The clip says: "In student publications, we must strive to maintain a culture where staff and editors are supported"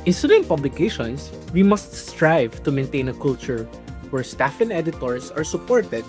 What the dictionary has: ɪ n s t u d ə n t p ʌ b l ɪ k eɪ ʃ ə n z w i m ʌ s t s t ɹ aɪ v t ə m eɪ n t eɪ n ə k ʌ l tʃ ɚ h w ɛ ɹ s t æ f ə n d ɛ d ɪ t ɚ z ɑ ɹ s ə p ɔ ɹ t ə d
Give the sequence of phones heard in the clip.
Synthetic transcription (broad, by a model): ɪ n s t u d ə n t p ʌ b l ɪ k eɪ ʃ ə n s w i m ʌ s t s t ɹ aɪ v t ə m eɪ n t eɪ n ə k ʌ l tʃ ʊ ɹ w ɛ ɹ s t æ f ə n ɛ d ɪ t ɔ s ɑ ɹ s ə p ɔ ɹ t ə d